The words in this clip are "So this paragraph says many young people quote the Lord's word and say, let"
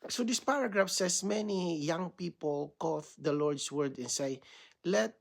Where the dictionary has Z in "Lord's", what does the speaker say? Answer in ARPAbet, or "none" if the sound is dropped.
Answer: S